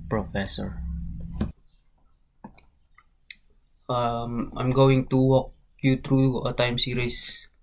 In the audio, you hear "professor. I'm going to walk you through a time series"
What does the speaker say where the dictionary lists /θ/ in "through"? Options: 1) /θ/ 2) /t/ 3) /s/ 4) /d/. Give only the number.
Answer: 2